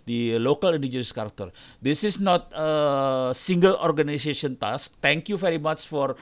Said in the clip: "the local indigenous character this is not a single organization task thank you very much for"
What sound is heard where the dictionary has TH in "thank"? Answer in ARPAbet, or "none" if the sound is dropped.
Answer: T